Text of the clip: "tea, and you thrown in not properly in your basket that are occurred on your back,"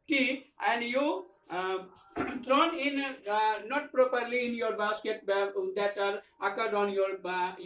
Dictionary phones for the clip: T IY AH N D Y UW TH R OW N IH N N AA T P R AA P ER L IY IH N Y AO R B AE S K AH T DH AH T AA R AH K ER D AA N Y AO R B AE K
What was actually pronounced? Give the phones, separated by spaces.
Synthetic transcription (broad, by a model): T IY AH N D Y UW T R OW N IH N N AA T P R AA P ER L IY IH N Y AO R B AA S K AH T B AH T AA R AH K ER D AA N Y AO R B